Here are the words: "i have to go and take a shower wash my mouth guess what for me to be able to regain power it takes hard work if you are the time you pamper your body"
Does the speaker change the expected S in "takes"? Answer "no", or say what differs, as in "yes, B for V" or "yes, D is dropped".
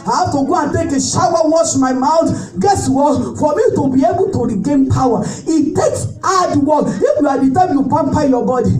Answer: no